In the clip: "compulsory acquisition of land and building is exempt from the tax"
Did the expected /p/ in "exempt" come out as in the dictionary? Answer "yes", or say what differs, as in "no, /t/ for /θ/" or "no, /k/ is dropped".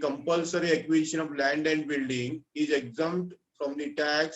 no, /p/ is dropped